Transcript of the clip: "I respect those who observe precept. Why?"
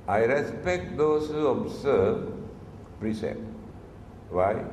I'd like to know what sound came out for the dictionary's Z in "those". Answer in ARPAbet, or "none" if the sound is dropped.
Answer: S